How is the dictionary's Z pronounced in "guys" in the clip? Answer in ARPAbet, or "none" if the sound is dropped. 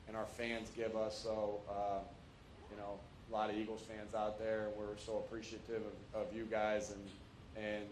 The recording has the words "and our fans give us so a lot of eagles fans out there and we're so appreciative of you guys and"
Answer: Z